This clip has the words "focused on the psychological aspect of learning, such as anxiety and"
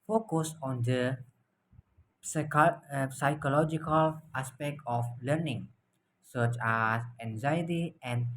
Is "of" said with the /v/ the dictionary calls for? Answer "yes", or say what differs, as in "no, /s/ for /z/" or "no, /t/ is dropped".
no, /f/ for /v/